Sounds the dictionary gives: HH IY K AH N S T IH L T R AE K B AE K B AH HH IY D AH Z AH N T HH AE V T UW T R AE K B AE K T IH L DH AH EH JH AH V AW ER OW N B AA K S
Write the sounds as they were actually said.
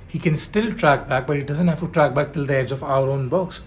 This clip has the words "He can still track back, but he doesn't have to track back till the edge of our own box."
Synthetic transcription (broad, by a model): HH IY K AH N S T IH L T R AE K B AE K B AH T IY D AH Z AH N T HH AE F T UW T R AE K B AE K T IH L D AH EH JH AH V AW ER OW N B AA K S